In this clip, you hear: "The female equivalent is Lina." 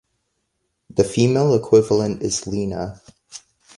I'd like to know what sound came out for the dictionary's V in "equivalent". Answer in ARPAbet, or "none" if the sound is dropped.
V